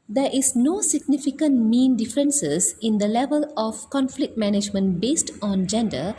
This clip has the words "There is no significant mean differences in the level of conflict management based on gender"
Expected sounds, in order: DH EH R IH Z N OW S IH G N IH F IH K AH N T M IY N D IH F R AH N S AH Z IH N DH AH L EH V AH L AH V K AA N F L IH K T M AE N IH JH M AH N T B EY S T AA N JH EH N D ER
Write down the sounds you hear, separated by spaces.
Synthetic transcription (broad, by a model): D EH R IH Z N OW S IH G N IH F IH K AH N T M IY N D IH F R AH N S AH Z IH N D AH L EH V AH L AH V K AA N F L IH K T M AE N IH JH M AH N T B EY S T AA N JH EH N D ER